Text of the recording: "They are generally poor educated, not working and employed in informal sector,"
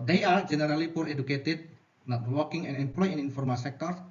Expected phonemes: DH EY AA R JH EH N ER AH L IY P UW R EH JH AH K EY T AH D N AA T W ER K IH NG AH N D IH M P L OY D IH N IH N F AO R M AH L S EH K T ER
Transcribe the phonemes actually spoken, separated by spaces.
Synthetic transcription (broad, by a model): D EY AA R JH EH N ER AH L IY P UW R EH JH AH K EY T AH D N AA T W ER K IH NG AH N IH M P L OY IH N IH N F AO R M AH S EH K T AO